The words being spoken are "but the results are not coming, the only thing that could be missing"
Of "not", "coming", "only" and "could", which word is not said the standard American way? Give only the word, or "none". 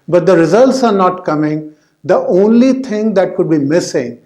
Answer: none